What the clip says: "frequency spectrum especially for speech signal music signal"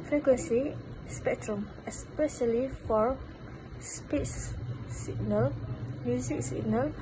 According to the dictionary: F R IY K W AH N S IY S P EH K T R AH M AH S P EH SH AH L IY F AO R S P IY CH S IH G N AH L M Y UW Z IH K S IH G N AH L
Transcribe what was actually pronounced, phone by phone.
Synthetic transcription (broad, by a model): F R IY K W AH N S IY S P EH K T R AH M AH S P EH SH AH L IY F AO R S P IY S S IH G N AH L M Y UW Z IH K S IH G N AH L